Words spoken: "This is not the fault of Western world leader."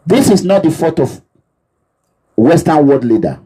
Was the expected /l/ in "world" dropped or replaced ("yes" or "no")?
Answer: yes